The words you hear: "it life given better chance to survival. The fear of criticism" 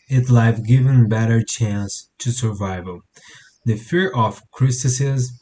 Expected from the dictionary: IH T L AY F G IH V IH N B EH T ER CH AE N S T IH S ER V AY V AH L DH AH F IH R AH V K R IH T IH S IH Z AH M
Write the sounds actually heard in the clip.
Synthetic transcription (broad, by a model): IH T L AY F G IH V IH N B EH T ER CH AE N S T IH S ER V AY V AH L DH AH F IH R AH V K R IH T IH S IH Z